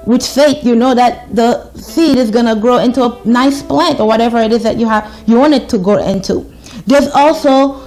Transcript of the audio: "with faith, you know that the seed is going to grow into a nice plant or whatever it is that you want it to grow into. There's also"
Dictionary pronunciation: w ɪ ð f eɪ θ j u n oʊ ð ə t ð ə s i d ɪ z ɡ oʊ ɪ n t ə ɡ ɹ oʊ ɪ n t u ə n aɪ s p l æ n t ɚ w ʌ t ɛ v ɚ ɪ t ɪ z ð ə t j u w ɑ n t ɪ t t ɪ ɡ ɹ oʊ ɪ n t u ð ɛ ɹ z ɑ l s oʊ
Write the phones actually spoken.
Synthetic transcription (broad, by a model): w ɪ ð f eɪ t j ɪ n oʊ ð ə t ð ə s i d ɪ z ɡ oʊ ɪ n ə ɡ ɹ oʊ ɪ n t u ə n aɪ s p l æ n t ɚ w ʌ t ɛ v ɚ ɪ t ɪ z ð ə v j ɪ w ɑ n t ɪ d t ɪ ɡ oʊ ɪ n t u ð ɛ ɹ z ɑ l s oʊ